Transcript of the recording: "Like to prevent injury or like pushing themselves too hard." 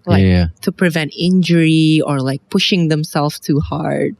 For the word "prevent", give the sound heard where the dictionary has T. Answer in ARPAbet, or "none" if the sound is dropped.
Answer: T